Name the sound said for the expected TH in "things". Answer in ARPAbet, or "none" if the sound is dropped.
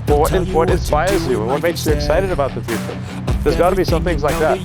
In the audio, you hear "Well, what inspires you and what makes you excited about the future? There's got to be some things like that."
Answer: TH